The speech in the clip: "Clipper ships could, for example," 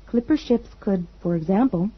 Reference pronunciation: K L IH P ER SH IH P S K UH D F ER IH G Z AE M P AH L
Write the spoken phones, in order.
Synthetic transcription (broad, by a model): K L IH P ER SH IH P S K UH D F ER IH G Z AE M P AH L